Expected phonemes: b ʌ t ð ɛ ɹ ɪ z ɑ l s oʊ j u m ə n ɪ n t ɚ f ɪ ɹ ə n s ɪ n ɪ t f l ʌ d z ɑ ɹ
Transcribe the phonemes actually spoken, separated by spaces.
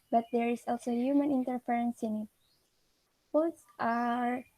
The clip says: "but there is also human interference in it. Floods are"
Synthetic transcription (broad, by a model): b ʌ t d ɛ ɹ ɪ s ɑ l s oʊ j u m ə n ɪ n t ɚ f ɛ ɹ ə n s ɪ n ɪ t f ɔ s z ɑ ɹ